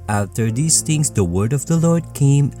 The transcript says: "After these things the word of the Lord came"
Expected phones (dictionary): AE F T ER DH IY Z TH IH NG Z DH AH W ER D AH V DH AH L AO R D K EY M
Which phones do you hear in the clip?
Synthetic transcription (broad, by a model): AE F T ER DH IY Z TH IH NG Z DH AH W ER D AH V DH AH L AO R D K EY M